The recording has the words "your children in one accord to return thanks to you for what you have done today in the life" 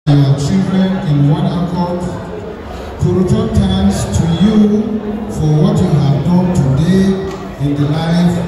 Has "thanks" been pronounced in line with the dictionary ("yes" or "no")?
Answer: no